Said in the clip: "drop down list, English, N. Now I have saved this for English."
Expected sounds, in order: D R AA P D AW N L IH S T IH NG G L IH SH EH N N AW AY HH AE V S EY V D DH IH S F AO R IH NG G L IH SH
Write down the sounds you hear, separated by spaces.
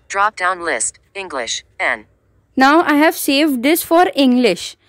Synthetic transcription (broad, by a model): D R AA P D AW N L IH S T IH NG G L IH SH EH N N AW AY HH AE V S EY V D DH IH S F AO R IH NG G L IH SH